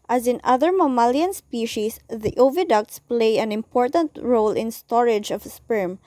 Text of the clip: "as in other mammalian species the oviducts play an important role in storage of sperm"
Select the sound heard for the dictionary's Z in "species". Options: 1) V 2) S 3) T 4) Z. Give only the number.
2